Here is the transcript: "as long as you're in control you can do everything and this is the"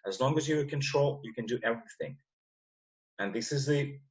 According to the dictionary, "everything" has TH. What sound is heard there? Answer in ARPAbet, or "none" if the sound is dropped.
TH